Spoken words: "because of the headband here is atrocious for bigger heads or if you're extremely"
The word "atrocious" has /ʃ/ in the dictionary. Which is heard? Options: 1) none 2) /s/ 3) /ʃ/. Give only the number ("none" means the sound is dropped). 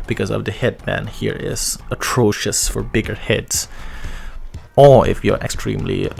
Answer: 3